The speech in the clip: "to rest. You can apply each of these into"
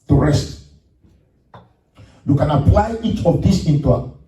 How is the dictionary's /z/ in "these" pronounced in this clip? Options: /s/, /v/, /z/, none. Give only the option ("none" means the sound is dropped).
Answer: /s/